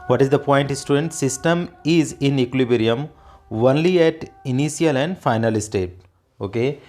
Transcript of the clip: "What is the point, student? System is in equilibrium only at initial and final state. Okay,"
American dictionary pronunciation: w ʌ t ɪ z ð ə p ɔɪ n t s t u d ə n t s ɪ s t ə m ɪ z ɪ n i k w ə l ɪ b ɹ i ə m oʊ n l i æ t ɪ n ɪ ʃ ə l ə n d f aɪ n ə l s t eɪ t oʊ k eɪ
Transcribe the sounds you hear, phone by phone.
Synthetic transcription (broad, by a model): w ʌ t ɪ z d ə p ɔɪ n t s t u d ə n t s ɪ s t ə m ɪ z ɪ n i k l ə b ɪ ɹ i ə m oʊ n l i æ t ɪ n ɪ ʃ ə l ə n d f aɪ n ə l s t eɪ t oʊ k eɪ